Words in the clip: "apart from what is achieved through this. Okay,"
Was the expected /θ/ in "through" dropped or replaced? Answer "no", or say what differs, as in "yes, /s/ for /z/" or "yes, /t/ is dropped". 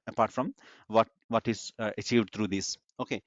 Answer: yes, /t/ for /θ/